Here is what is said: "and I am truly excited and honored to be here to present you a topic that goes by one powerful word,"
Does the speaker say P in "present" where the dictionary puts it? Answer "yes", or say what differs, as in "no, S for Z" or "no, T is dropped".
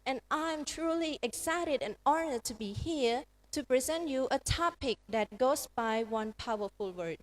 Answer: yes